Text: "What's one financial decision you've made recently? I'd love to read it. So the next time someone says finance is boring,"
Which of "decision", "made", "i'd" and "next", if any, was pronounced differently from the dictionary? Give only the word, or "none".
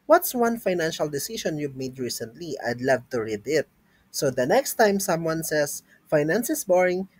decision